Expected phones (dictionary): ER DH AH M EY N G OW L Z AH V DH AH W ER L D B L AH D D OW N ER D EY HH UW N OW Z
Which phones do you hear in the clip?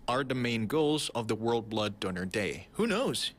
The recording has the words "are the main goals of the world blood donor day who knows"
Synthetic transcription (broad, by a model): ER DH AH M EY N G OW L Z AH V DH AH W ER L D B L AH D D OW N ER D EY HH UW N OW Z